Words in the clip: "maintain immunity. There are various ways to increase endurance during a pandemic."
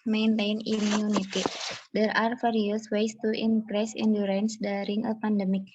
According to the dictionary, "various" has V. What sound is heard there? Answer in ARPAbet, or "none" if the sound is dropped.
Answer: F